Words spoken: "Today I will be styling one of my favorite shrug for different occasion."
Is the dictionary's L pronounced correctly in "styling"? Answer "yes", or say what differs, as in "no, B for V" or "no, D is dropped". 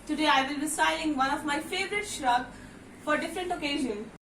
no, L is dropped